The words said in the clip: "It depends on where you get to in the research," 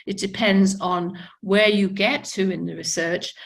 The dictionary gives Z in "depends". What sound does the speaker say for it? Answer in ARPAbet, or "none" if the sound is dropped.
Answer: Z